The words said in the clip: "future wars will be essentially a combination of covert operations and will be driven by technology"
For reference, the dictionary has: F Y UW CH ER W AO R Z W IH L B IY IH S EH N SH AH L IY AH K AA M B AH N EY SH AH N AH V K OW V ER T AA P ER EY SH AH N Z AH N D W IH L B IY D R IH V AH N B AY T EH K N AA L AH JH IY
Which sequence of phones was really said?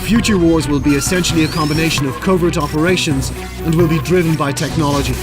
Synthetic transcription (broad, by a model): F Y UW CH ER W AO R Z W IH L B IY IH S EH N SH L IY AH K AA M B AH N EY SH AH N AH V K OW V ER T AA P ER EY SH AH N Z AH N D W IH L B IY D R IH V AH N B AY T EH K N AA L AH JH IY